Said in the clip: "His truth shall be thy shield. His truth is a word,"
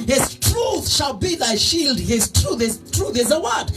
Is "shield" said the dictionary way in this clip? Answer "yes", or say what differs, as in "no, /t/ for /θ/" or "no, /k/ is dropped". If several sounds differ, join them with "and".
yes